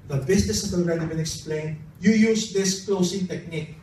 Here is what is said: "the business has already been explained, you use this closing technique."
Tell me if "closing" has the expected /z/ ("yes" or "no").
no